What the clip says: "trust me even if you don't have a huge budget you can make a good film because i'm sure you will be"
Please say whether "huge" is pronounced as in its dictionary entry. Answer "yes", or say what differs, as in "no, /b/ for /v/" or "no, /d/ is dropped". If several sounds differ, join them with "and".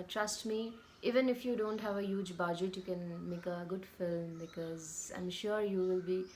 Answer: yes